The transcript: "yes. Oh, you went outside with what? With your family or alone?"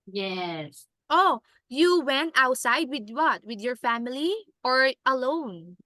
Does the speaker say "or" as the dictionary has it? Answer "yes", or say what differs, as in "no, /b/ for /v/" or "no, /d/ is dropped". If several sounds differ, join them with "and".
yes